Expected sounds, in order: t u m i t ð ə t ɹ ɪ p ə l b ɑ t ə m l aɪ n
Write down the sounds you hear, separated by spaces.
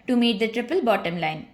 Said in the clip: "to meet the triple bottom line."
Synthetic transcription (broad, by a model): t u m i t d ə t ɹ ɪ p ə l b ɑ t ə m l aɪ n